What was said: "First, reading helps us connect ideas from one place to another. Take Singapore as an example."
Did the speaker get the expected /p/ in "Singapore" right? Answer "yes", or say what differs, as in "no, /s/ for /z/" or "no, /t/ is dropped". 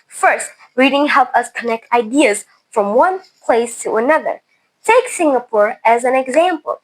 yes